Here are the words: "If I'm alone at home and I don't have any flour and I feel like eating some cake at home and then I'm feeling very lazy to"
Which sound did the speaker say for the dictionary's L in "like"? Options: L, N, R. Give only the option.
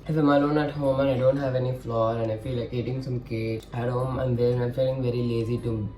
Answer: L